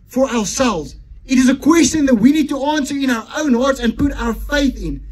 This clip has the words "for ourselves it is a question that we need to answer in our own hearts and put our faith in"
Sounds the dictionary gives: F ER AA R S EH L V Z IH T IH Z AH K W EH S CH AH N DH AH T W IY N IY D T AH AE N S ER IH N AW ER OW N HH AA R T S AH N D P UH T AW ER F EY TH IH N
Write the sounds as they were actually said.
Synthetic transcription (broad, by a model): F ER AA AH S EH L V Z IH T IH Z AH K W EH S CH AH N DH AH T W IY N IY D T AH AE N S ER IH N AW ER OW N HH AA R T S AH N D P UH T AW ER F EY TH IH N